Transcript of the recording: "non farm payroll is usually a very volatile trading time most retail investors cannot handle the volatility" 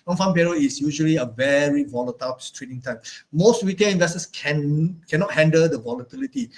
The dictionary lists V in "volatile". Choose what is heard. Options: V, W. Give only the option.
V